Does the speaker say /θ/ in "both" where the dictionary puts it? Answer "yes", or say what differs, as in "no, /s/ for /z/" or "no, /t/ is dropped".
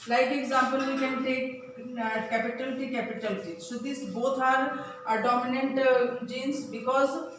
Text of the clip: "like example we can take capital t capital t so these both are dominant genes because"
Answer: no, /t/ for /θ/